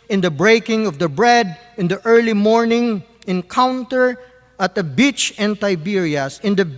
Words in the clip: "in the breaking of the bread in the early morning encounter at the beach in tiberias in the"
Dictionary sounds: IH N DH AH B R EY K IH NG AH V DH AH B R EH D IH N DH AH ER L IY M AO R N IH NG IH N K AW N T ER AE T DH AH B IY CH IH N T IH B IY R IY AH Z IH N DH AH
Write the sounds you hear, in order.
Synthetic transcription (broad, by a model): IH N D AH B R EY K IH NG AH V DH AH B R EH D IH N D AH ER L IY M AO R N IH NG IH N K AW N T ER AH T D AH B IY CH IH N T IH B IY R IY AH S IH N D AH